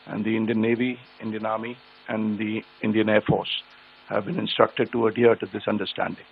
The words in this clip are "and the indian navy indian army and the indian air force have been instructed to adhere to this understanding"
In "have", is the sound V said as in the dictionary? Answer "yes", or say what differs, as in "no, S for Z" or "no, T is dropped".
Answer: yes